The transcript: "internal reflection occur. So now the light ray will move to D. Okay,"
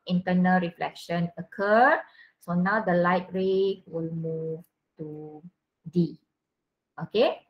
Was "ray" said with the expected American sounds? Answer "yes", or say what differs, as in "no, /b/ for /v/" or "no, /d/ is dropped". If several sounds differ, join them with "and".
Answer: yes